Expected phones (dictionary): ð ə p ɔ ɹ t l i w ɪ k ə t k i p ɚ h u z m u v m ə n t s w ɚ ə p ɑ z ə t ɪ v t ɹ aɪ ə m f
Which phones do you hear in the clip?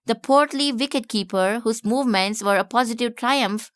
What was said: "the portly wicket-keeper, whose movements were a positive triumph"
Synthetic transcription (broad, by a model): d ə p ɔ ɹ t l i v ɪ k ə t k i p ɚ h u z m u v m ə n t s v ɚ ə p ɑ z ə t ɪ v t ɹ aɪ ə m f